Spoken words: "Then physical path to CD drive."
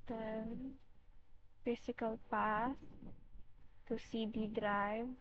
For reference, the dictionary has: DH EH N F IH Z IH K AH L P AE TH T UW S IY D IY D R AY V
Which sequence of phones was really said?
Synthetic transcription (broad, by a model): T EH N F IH S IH K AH L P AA S T UW S IY D IY D R AY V